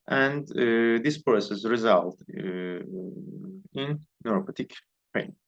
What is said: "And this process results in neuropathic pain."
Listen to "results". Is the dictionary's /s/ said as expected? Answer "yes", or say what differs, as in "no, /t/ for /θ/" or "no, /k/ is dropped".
no, /s/ is dropped